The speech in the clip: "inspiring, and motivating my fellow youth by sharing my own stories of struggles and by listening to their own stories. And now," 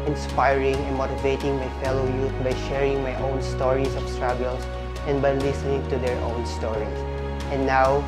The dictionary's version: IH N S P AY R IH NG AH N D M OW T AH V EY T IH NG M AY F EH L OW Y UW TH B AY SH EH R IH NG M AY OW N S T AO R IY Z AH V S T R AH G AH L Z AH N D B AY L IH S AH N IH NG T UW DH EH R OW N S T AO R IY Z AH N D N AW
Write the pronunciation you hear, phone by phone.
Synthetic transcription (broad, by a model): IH N S P AY R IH NG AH N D M OW T AH V EY T IH NG M AY F EH L OW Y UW T B AY SH EH R IH NG M AY OW N S T AO R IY S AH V S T R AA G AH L S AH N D B AY L IH S AH N IH NG T UW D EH R OW N S T AO R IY S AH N N AW